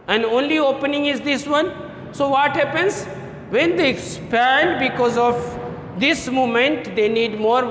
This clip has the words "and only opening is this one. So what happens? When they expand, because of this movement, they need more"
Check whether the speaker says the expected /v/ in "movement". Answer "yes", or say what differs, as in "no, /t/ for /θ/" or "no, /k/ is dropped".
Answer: no, /v/ is dropped